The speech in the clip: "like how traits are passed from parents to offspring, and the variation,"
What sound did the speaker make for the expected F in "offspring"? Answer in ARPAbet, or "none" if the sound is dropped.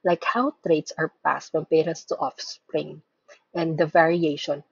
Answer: F